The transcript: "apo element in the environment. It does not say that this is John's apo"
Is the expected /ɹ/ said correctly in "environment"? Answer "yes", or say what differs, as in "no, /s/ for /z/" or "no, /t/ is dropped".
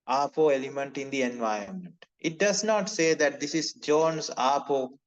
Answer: no, /ɹ/ is dropped